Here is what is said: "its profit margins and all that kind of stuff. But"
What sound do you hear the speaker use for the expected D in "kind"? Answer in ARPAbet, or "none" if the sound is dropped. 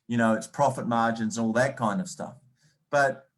D